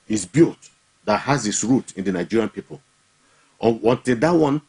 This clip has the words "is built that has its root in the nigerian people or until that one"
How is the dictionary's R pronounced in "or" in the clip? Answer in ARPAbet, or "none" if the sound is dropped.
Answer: W